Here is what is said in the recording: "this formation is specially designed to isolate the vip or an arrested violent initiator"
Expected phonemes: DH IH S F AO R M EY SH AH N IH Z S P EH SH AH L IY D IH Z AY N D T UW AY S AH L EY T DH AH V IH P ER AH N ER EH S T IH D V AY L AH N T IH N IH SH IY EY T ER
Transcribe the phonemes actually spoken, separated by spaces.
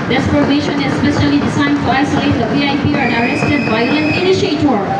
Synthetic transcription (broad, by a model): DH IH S P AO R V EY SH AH N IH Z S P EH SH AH L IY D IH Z AY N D T UW AY S AH L EY T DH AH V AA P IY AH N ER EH S T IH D B AY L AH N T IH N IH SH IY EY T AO